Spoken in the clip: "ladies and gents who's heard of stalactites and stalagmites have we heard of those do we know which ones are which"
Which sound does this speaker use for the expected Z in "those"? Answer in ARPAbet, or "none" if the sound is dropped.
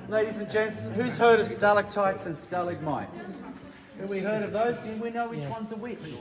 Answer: Z